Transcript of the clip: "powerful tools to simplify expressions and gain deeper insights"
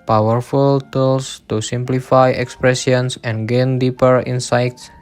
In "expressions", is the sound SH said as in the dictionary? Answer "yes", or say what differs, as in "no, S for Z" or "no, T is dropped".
no, S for SH